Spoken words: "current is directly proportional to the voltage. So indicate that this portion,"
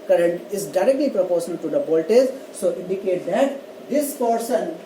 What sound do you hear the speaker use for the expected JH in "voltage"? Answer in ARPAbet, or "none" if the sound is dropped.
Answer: Z